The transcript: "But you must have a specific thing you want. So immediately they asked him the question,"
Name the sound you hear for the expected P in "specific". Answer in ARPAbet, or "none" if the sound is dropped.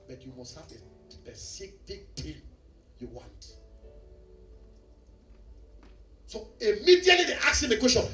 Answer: none